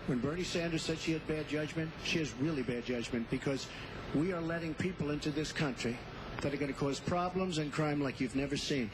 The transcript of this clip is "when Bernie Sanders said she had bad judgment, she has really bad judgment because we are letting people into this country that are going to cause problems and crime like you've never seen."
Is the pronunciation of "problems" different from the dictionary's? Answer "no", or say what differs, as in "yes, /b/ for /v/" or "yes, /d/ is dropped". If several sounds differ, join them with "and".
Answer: no